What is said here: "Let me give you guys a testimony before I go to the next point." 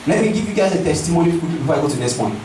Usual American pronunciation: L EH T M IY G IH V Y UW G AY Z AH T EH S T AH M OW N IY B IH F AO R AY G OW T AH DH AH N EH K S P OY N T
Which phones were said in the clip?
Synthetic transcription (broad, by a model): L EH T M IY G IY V Y UW G AY Z AH T EH S T AH M OW N IY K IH IY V AY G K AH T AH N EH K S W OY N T